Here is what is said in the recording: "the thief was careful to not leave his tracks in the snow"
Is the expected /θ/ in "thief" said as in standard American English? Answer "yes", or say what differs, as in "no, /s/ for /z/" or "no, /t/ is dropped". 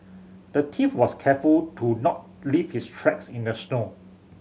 no, /t/ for /θ/